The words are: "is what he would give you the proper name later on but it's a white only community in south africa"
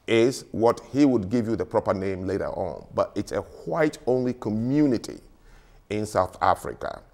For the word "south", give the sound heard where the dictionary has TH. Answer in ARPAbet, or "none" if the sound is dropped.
TH